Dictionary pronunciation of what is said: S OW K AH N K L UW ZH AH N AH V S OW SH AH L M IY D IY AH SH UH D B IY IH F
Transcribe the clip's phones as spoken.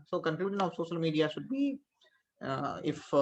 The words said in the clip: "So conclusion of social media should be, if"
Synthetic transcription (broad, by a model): S OW K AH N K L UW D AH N AH V S OW SH AH L M IY D IY AH SH UH D B IY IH F